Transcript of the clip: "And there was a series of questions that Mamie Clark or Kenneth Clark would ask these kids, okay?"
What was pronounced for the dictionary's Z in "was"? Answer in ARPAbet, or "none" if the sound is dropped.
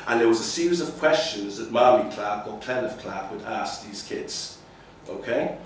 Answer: Z